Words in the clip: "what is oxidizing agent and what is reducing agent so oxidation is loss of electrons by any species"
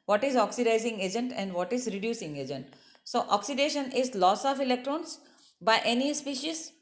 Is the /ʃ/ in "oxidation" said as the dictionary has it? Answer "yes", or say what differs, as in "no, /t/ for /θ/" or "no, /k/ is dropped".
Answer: yes